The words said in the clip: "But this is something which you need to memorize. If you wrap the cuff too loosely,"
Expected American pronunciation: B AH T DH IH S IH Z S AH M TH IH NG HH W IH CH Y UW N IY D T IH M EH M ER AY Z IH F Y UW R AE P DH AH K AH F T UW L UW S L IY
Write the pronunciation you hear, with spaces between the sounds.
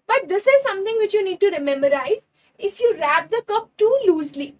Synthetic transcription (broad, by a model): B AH T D IH S IH Z S AH M T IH NG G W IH CH Y UW N IY D T IH M EH M ER AY Z IH F Y UW R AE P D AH K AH P T UW L UW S L IY